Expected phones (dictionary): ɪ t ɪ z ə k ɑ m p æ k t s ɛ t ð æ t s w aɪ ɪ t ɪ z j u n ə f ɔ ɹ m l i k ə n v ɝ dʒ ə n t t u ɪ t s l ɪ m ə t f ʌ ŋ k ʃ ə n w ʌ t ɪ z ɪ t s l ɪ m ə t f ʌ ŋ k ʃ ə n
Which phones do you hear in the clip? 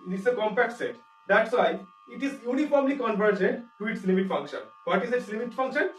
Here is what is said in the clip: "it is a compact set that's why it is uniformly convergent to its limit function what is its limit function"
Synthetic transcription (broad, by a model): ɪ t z ə k ɑ m p æ k t s ɛ t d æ t s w aɪ ɪ t ɪ z j u n ə f ɔ ɹ m l i k ə n v ɝ dʒ ə n t t u ɪ t s l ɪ m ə t f ʌ ŋ k ʃ ə n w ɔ t ɪ z ɪ t s l ɪ m ə t f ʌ ŋ k ʃ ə n